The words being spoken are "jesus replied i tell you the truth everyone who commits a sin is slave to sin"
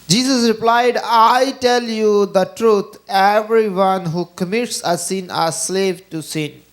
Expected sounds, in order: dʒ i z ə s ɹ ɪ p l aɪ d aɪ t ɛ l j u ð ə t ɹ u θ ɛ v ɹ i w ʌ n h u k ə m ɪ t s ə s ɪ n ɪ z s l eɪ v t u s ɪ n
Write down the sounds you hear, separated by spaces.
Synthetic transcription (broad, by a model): dʒ i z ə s ɹ ɪ p l aɪ d aɪ t ɛ l j u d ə t ɹ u t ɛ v ɹ i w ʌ n h u k ə m ɪ t s ə s ɪ n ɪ s l eɪ v t u s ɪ n